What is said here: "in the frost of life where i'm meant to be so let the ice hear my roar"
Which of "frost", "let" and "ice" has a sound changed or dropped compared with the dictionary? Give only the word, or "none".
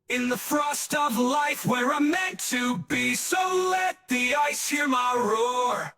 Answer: none